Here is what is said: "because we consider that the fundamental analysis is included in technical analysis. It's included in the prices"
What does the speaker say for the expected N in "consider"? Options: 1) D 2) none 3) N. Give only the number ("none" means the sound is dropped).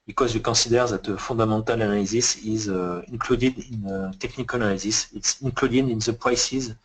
2